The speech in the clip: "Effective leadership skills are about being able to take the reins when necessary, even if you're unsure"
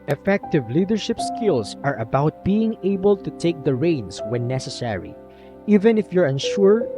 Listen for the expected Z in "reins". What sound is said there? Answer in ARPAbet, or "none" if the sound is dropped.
S